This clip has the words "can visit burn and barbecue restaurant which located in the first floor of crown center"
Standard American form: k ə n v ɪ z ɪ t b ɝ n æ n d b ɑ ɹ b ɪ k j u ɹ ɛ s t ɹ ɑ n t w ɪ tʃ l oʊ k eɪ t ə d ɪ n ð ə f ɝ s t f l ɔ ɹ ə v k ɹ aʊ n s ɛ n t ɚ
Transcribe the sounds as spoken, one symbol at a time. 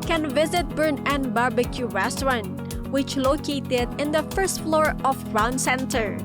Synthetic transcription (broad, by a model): k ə n v ɪ z ɪ t b ɝ n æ n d b ɑ ɹ b ɪ k j u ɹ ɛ s t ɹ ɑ n w ɪ tʃ l oʊ k eɪ t ə d ɪ n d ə f ɝ s t f l ɔ ɹ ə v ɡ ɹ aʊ n s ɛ n t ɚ